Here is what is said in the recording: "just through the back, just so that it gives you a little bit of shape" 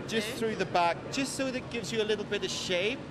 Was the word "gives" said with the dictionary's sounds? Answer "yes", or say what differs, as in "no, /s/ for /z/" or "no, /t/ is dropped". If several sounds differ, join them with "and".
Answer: yes